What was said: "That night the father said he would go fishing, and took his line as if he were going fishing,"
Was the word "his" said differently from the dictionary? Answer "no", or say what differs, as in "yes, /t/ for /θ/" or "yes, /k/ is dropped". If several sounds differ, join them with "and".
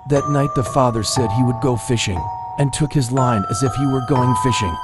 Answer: no